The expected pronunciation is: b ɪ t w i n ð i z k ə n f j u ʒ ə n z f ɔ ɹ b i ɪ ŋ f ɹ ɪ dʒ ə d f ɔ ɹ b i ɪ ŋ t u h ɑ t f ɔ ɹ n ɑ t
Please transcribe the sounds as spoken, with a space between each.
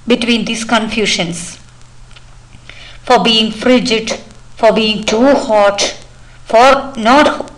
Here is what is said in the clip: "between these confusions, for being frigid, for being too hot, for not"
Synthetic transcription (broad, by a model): b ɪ t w i n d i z k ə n f j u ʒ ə n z f ɔ ɹ b i ɪ ŋ f ɹ ɪ dʒ ə d f ɔ ɹ b i ɪ ŋ t u h ɑ t f ɔ ɹ n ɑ t